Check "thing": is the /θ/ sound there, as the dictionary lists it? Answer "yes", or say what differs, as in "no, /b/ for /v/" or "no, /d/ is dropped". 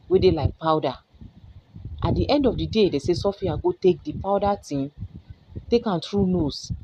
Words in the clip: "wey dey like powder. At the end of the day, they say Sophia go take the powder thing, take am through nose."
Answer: no, /t/ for /θ/